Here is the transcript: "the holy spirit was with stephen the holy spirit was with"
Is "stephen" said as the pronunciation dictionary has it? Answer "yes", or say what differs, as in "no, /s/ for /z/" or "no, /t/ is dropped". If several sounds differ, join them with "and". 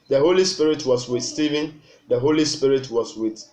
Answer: yes